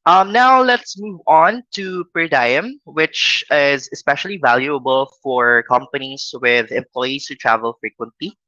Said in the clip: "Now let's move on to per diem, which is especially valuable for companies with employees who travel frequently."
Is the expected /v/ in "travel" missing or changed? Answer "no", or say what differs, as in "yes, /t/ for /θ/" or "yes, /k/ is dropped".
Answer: no